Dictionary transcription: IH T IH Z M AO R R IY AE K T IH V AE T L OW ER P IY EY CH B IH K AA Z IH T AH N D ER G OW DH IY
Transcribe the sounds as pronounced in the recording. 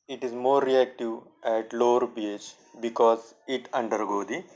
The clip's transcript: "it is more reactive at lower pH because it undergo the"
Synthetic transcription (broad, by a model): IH T IH Z M AO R R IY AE K T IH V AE T L OW ER B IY EY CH B IH K AA Z IH T AH N D ER G OW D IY